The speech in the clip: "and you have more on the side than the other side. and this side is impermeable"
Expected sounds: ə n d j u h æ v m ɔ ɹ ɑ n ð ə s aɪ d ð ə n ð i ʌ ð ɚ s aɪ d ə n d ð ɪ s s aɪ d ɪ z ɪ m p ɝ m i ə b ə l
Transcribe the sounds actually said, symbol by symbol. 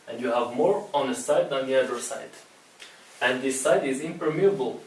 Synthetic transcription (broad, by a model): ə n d j u h æ v m ɔ ɹ ɑ n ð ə s aɪ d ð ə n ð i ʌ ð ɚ s aɪ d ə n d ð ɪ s s aɪ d ɪ z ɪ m p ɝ m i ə b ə l